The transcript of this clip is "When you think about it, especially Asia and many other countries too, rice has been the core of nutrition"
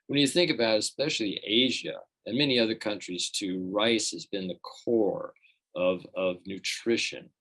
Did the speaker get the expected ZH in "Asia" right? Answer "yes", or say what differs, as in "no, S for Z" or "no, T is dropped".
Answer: yes